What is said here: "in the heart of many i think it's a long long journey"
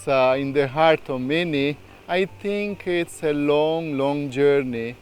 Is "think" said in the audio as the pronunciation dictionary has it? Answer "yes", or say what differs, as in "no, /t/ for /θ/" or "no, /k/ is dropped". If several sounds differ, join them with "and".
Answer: no, /t/ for /θ/